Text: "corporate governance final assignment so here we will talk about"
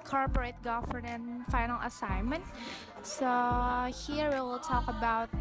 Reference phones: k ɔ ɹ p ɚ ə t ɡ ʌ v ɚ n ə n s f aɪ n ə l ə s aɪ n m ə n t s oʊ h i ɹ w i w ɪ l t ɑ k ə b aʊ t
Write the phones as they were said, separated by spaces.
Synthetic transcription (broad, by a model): k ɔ ɹ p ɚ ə t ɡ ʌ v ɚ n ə n f aɪ n ə l ə s aɪ n m ə n t s oʊ h i ɹ w i w ɪ l t ɑ k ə b aʊ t